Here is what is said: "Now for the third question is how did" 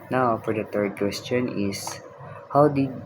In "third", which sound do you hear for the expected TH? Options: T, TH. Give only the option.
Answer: T